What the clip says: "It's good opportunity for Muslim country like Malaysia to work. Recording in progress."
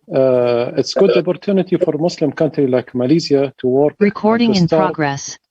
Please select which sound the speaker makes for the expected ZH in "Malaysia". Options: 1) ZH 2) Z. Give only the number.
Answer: 2